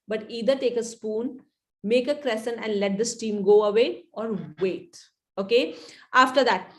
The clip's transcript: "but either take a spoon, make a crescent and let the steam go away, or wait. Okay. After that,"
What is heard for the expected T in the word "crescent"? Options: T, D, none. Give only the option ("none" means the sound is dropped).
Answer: none